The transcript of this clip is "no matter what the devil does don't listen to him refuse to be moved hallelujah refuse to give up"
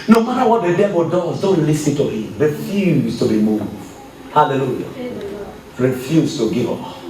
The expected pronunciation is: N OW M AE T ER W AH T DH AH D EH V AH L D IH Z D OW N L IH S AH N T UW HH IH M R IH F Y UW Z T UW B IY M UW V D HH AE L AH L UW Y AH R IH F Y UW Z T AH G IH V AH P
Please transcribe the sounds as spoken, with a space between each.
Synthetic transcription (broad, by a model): N OW M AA T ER W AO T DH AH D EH B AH D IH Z D OW N L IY S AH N T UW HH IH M R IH F Y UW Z T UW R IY M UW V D HH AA L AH L UW Y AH R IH F Y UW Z T AH G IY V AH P